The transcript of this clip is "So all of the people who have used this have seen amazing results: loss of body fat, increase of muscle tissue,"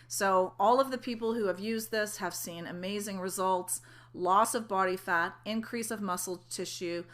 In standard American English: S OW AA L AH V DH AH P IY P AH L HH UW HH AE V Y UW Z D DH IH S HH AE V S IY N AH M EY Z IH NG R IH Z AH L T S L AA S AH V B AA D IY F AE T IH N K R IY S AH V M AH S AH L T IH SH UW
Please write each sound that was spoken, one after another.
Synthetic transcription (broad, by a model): S OW AA L AH V DH AH P IY P L HH UW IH V Y UW Z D DH IH S HH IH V S IY N AH M EY Z IH NG R IH Z AH L T S L AA S AH V B AA D IY F AE T IH N K R IY S AH V M AH S L T IH SH UW